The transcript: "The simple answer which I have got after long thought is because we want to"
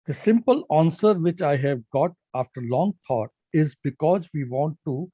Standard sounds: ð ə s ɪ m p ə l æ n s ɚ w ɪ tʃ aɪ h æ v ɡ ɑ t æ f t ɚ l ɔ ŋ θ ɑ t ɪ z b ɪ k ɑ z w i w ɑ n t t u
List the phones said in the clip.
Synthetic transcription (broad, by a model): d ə s ɪ m p ə l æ n s ɚ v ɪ tʃ aɪ h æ v ɡ ɑ t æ f t ɚ l ɔ ŋ t ɑ t ɪ z b ɪ k ɑ z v i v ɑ n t t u